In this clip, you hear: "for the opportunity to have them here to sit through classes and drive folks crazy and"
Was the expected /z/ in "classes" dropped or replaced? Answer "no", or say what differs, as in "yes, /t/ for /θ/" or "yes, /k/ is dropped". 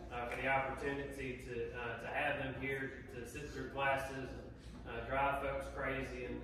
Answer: no